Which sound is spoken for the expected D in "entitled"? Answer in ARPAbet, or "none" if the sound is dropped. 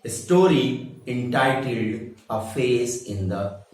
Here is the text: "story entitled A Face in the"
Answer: D